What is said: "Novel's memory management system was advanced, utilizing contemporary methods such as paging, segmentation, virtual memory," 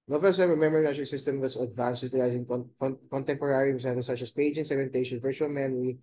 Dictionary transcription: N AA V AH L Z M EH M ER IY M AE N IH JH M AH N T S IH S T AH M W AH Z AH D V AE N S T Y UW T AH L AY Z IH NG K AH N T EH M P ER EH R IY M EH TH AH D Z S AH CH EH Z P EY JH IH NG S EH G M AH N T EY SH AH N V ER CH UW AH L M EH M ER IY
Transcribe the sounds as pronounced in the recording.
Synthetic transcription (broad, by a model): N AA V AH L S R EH M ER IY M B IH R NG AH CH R S IH S T AH M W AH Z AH D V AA N S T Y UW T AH L AY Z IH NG K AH N T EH M P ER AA R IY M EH T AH S AH CH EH S P EY JH IH NG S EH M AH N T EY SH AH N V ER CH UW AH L M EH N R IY